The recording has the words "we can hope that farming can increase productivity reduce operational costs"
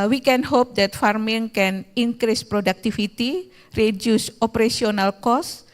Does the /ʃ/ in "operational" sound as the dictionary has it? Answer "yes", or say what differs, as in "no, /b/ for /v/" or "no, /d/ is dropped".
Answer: no, /s/ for /ʃ/